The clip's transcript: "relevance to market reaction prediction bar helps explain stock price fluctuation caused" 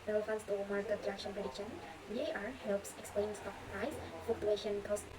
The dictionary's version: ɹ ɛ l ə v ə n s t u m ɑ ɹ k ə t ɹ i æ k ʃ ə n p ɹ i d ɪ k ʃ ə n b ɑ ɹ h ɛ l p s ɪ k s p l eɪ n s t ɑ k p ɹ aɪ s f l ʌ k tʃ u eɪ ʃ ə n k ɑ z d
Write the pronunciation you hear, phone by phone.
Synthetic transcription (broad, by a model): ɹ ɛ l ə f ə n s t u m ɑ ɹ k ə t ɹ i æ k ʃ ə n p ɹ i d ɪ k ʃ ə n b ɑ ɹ h ɛ l p s ɪ k s p l eɪ n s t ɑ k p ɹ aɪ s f ʌ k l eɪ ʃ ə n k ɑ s